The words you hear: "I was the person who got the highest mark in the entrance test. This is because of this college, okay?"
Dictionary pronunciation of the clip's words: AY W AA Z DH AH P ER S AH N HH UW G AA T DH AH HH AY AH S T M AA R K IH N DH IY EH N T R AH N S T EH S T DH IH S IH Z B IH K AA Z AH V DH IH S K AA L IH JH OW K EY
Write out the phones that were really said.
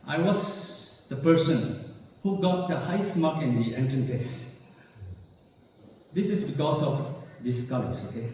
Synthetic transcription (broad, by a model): AY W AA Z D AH P ER S AH N HH UW G AA T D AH HH AY S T M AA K IH N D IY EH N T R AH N T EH S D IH S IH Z B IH K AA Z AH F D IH S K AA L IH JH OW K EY